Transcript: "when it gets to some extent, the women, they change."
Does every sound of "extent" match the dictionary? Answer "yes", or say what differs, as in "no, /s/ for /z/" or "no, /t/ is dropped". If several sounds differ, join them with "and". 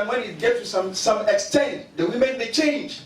yes